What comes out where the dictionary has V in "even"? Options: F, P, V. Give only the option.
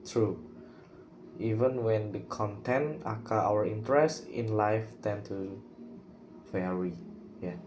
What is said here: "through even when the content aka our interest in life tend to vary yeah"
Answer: V